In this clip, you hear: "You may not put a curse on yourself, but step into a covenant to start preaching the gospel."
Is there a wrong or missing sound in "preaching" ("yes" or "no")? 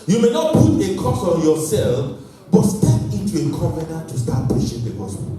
yes